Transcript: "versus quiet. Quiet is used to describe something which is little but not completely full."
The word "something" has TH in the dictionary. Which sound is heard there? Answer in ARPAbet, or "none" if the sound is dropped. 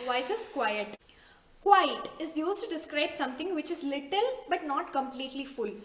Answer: T